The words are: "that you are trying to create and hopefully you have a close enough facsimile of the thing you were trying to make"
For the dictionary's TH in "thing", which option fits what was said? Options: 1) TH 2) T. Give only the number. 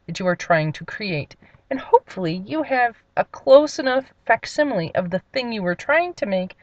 1